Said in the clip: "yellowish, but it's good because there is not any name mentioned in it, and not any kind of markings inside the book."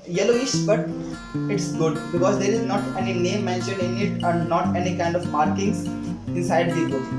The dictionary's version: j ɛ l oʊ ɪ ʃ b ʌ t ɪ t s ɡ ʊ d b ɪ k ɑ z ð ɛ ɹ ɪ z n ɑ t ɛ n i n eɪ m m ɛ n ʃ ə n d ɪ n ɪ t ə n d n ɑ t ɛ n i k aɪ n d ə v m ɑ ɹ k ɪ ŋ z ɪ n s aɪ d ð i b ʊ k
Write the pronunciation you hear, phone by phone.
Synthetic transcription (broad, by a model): j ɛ l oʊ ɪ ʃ b ʌ t ɪ t s ɡ ʊ d b ɪ k ɑ z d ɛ ɹ ɪ z n ɑ t ɛ n i n eɪ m m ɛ n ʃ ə n ɪ n ɪ t ə n d n ɑ t ɛ n i k aɪ n d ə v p ɑ ɹ k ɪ ŋ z ɪ n s aɪ d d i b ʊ